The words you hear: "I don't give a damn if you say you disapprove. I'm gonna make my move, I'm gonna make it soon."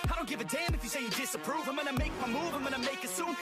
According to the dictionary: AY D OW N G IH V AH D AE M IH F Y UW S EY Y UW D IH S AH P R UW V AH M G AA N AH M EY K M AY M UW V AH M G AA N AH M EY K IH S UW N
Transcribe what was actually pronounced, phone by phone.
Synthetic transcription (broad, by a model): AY D OW N G IH V AH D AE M IH F Y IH S EY Y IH D IH S AH P R UW V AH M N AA AH M EY K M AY M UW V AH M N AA AH M EY K IH S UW N